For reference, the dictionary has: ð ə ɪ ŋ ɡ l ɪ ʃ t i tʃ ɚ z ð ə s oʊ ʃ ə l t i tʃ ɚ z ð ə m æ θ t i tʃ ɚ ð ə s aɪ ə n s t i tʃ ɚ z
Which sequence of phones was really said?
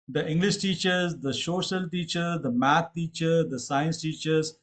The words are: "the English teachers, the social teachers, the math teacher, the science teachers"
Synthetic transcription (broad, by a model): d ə ɪ ŋ ɡ l ɪ ʃ t i tʃ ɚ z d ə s oʊ ʃ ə l t i tʃ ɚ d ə m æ t t i tʃ ɚ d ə s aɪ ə n s t i tʃ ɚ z